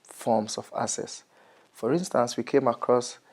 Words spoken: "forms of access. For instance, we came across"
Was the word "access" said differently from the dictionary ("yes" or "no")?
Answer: yes